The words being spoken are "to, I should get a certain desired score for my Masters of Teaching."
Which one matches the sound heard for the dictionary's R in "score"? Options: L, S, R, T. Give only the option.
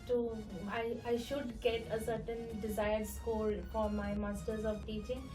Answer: L